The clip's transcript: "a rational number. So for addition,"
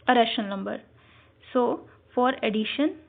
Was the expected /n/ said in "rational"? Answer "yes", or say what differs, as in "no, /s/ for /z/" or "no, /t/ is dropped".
no, /n/ is dropped